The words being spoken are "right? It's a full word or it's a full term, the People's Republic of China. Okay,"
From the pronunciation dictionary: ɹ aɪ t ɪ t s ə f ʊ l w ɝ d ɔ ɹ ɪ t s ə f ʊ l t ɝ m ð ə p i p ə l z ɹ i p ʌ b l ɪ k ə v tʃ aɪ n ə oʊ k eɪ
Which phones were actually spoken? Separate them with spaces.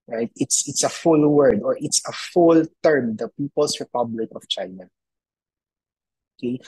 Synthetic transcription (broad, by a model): ɹ aɪ t ɪ t s ə f ʊ l w ɝ d ɔ ɹ ɪ t s ə f ʊ l t ɝ m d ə p i p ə l s ɹ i p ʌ b l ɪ k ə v tʃ aɪ n ə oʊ k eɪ